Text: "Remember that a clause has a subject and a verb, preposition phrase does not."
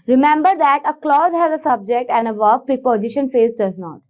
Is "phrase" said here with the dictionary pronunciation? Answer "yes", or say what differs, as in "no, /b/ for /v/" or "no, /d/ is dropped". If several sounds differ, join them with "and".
no, /ɹ/ is dropped